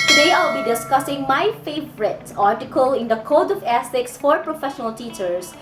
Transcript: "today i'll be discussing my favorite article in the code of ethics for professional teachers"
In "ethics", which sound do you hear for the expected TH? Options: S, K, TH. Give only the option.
S